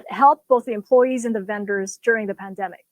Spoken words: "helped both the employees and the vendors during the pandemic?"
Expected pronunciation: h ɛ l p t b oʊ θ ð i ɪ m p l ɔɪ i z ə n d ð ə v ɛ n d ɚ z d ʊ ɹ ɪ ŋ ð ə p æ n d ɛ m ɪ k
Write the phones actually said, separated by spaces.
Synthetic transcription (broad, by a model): h ɛ l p b oʊ θ ð i ɪ m p l ɔɪ i z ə n ð ə v ɛ n d ɚ z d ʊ ɹ ɪ ŋ ð ə p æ n d ɛ m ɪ k